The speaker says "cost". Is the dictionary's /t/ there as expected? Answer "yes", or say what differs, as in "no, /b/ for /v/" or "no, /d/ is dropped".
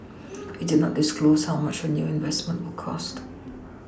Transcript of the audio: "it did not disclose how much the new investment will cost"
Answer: yes